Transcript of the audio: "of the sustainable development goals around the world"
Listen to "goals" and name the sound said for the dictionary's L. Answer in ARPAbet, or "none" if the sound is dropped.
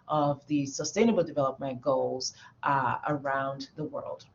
L